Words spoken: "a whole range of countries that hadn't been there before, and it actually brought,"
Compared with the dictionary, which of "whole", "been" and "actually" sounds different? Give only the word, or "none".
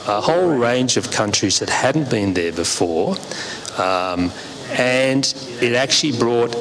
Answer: none